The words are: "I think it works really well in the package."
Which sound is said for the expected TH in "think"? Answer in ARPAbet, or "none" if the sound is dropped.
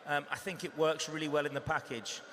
TH